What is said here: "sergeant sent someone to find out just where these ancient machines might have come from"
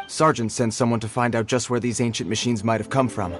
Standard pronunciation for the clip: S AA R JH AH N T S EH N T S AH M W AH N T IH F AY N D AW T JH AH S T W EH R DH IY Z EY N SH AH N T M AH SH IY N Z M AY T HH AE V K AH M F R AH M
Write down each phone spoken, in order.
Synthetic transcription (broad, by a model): S AA R JH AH N T S EH N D S AH M W AH N T IH F AY N D AW T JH AH S T W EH R DH IY Z EY N SH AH N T M AH SH IY N Z M AY T HH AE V K AH M F R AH M